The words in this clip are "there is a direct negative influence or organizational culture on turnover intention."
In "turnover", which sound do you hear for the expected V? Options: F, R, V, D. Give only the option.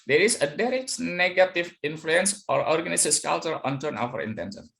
F